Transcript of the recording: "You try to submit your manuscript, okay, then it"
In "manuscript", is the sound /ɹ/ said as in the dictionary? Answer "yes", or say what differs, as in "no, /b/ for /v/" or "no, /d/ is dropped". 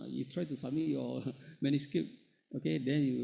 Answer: no, /ɹ/ is dropped